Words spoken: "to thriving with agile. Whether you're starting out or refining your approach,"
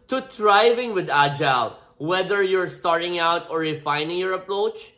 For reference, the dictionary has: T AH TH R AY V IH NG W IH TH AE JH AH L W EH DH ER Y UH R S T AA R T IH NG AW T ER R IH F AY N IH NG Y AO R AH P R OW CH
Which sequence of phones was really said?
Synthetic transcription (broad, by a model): T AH T R AY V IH NG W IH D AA JH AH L W EH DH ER Y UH R S T AA R T IH NG AW T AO R IH F AY N IH NG Y AO R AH P R OW CH